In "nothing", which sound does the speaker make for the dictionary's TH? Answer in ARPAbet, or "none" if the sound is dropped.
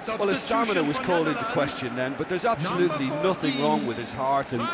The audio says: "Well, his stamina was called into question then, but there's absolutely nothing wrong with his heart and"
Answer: TH